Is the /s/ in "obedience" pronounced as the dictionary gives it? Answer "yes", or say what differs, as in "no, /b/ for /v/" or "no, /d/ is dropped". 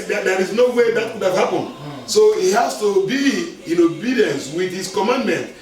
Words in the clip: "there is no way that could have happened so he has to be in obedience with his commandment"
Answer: yes